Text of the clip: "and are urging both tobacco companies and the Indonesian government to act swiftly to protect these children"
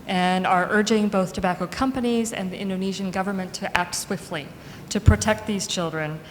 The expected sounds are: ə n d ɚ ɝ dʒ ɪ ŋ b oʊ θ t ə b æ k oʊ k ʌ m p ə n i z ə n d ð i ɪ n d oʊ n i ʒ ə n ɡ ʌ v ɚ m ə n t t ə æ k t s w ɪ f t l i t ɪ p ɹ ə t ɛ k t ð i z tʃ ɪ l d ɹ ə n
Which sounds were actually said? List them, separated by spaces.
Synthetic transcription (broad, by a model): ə n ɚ ɝ dʒ ɪ ŋ b oʊ θ t ə b æ k oʊ k ʌ m p ə n i z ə n ð i ɪ n d oʊ n i ʒ ə n ɡ ʌ v ɚ m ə n t t æ k t s w ɪ f t l i t ɪ p ɹ ə t ɛ k t ð i z tʃ ɪ l d ɹ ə n